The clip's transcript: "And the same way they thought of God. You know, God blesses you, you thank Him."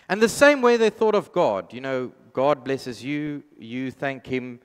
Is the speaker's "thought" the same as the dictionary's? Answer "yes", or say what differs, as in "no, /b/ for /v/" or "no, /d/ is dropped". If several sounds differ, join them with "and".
yes